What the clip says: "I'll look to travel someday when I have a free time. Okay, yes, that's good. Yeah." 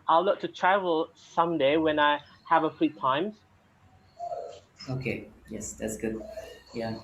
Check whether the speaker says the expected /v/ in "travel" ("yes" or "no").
yes